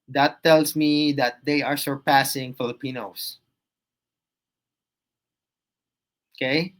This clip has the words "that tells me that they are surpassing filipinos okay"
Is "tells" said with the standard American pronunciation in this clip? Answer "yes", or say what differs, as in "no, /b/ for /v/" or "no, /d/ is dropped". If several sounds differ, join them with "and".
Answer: no, /s/ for /z/